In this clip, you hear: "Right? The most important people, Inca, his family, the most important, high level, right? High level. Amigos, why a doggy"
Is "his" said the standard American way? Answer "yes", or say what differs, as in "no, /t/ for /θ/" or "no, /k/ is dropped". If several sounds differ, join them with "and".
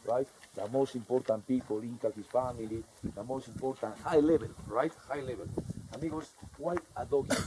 no, /s/ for /z/